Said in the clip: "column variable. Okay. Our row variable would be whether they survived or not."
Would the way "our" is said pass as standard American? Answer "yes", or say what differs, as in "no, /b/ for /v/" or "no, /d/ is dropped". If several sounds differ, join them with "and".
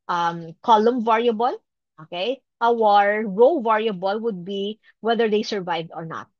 yes